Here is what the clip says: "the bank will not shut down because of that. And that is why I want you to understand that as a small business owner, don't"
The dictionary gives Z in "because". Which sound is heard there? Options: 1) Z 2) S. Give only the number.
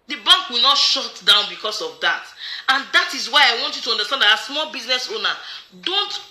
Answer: 2